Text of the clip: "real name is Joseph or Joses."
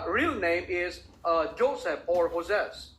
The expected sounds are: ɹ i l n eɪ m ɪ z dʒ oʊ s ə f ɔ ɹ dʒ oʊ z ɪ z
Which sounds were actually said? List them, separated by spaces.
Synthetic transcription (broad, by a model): ɹ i l n eɪ m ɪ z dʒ oʊ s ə p ɔ ɹ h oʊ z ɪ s